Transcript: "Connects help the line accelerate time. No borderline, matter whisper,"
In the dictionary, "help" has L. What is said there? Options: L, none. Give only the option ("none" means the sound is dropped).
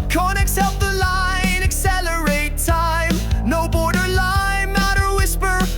none